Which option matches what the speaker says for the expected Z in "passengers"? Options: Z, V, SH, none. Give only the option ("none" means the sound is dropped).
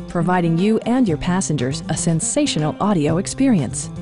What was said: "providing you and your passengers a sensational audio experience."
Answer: Z